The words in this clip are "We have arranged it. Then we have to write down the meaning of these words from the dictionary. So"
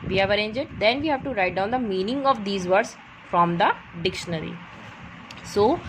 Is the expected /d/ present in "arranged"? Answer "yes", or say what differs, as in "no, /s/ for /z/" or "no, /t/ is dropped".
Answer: no, /d/ is dropped